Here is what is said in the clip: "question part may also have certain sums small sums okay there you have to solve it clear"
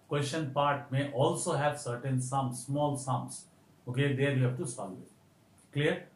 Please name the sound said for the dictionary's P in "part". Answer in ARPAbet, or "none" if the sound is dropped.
P